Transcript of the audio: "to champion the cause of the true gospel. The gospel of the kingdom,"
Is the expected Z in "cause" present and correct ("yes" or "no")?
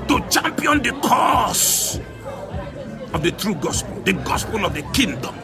no